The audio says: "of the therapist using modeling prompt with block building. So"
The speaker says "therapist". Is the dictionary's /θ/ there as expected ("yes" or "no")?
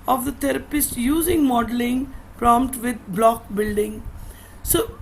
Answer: no